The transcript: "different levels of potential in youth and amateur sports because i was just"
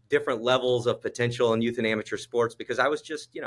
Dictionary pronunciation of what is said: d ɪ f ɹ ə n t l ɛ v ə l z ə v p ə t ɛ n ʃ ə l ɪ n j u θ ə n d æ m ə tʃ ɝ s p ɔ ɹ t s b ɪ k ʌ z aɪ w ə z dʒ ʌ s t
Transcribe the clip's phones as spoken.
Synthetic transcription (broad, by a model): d ɪ f ɹ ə n t l ɛ v l z ə v p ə t ɛ n ʃ l ɪ n j u θ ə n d æ m ə tʃ ɝ s p ɔ ɹ t s b ɪ k ʌ z aɪ w ə z dʒ ʌ s t